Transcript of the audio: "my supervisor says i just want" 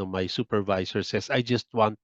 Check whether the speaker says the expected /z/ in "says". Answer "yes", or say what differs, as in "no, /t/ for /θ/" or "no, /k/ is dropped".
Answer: no, /s/ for /z/